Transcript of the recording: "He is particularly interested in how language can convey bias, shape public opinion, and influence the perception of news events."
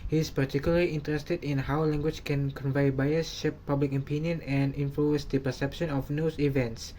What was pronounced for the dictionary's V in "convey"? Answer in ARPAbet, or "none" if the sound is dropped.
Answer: V